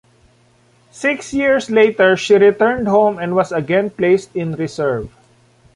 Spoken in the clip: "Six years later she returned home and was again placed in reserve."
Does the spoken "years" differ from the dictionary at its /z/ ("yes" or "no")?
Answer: yes